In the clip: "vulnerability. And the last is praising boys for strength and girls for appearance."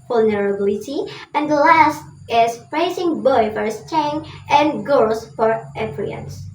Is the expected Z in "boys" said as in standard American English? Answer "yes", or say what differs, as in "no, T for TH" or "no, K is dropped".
no, Z is dropped